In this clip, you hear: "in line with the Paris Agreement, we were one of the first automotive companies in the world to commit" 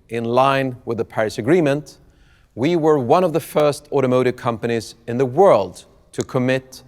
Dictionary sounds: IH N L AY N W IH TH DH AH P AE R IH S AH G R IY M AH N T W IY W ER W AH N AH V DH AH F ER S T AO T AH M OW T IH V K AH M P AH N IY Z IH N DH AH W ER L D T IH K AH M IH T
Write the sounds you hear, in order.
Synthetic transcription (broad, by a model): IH N L AY N W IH DH AH P AE R IH S AH G R IY M AH N T W IY W ER W AH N AH V DH AH F ER S T AO T AH M OW T IH V K AH M P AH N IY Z IH N DH AH W ER L D T IH K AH M IH T